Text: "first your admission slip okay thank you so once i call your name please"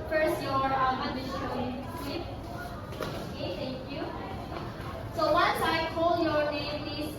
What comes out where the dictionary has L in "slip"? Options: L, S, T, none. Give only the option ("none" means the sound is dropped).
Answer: none